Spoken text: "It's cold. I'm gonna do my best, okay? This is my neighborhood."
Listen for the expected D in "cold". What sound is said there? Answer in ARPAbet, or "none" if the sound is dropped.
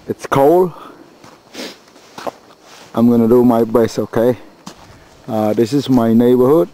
none